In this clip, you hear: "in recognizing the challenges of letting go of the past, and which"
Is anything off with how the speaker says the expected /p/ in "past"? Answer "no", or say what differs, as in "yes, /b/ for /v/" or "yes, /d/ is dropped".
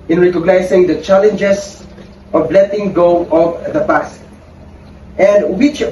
yes, /b/ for /p/